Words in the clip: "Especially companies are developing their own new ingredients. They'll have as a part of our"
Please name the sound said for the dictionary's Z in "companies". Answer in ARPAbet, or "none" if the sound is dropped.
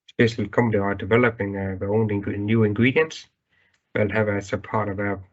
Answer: none